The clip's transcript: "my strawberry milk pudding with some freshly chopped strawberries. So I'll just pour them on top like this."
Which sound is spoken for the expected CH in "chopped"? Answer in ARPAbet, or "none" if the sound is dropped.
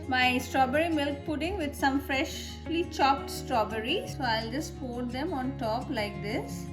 CH